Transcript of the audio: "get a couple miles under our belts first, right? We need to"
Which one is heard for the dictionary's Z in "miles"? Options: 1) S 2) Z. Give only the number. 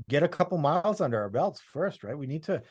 2